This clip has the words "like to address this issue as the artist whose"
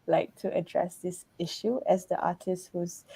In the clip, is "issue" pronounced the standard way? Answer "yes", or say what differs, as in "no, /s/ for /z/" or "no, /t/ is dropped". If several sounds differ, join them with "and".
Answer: yes